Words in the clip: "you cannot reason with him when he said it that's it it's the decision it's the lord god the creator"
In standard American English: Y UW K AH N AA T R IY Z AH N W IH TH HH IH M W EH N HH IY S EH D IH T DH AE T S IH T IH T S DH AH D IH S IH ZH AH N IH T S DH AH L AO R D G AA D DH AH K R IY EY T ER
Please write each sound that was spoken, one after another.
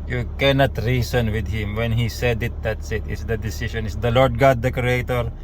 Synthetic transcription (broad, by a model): Y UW K AH N AA T R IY S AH N W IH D HH IH M W EH N HH IY S EH D IH T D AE T S IH T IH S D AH D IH S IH SH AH N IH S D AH L AO R D G AA D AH K R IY EY T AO